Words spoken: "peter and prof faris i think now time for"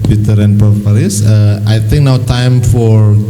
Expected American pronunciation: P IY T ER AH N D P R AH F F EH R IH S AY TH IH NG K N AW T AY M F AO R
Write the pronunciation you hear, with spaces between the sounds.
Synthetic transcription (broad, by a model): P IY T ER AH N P AH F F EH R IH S AY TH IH NG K N AW T AY M F AO R